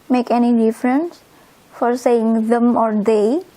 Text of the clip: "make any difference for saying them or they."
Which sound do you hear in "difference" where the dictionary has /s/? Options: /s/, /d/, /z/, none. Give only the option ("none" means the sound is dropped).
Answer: /s/